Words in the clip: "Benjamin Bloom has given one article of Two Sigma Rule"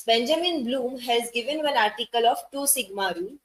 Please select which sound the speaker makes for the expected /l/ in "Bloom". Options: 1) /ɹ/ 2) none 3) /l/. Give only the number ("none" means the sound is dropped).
3